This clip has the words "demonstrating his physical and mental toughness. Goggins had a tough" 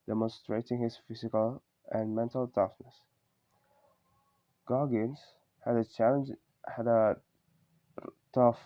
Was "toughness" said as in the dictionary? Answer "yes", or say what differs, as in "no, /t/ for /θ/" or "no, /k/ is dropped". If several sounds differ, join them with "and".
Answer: yes